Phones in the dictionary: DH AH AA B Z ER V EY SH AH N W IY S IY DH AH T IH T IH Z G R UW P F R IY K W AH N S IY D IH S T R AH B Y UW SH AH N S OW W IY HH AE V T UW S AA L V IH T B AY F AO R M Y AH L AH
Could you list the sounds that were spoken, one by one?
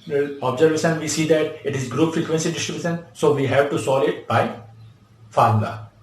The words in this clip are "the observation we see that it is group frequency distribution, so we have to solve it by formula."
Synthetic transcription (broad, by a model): AA B Z ER V EY SH AH N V IY S IY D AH T IH T IH Z G R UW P F R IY K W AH N S IY D IH S T R AH B Y UW SH AH N S OW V IY HH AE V T UW S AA L IH T B AY F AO R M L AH